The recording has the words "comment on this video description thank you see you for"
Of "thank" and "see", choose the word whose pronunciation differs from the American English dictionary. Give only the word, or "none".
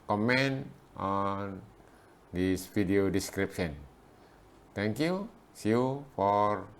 thank